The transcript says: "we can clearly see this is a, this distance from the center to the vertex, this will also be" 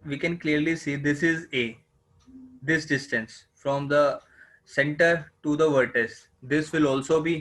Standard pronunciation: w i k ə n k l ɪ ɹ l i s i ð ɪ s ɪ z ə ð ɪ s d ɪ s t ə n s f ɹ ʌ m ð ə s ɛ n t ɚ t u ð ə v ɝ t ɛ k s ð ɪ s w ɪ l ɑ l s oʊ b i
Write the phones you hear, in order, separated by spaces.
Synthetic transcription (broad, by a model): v i k ə n k l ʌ ɹ l i s i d ɪ s ɪ z ə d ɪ s d ɪ s t ə n s f ɹ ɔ m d ə s ɛ n t ɚ t u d ə v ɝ t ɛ s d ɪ s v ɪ l ɑ l s oʊ b i